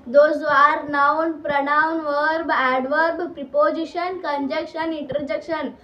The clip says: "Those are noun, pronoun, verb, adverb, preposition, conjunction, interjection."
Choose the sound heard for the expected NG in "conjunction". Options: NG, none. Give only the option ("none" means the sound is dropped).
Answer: none